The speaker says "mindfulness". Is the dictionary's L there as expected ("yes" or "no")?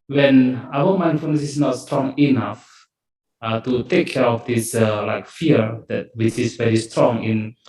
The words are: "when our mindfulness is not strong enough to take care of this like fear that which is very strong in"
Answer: no